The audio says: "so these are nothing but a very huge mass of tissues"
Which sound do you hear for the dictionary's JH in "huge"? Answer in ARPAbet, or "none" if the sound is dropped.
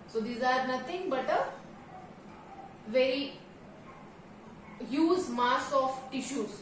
Z